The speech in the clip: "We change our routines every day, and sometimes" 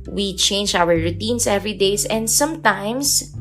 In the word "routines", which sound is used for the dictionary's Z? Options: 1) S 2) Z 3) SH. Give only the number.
1